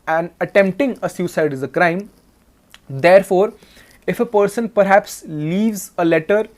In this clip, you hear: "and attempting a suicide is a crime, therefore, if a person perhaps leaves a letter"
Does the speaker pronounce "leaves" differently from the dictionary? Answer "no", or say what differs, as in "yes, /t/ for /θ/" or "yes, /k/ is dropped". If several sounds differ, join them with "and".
no